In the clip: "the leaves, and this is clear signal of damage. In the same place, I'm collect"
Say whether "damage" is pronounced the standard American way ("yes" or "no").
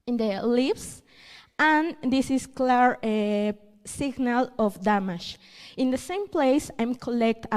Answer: no